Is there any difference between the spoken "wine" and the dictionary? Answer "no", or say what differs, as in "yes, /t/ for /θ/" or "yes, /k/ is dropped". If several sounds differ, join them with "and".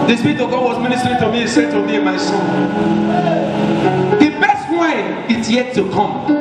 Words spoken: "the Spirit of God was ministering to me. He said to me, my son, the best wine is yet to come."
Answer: yes, /n/ is dropped